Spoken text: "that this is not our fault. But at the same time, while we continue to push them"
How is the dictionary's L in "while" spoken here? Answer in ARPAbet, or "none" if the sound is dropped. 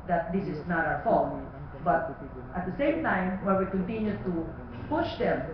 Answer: N